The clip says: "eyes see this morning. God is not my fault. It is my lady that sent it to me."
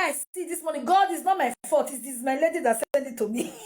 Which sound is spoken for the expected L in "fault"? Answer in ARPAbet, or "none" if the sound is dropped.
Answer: none